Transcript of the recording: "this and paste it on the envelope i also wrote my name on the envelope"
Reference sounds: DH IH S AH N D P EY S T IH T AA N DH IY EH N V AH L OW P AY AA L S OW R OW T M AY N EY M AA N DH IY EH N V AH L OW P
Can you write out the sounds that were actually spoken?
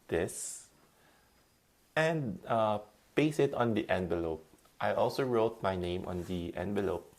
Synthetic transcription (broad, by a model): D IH S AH N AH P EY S IH T AA N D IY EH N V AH L OW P AY AA L S OW R OW T M AY N EY M AA N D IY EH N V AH L OW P